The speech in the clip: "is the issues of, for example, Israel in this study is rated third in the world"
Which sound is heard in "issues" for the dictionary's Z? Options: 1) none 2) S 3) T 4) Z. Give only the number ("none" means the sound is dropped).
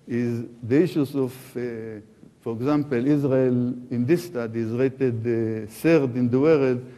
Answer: 2